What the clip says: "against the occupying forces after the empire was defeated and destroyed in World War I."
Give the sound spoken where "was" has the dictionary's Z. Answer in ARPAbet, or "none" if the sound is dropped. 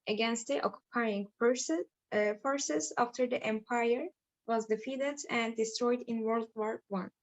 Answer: Z